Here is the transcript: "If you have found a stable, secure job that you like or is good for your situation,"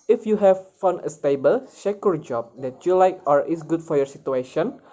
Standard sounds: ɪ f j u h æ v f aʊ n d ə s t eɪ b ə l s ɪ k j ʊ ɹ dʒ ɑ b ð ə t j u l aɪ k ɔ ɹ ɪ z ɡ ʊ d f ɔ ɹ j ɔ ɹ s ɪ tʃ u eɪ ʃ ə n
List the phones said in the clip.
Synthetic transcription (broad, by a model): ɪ f j u h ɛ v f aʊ n ə s t eɪ b ə l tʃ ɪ k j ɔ ɹ dʒ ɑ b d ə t j u l aɪ k ɔ ɹ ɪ s ɡ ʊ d f ɔ ɹ j ɔ ɹ s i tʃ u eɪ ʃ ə n